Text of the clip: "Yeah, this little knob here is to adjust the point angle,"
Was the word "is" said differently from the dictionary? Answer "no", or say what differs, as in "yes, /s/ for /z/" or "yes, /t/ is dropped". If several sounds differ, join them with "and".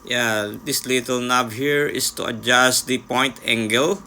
yes, /s/ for /z/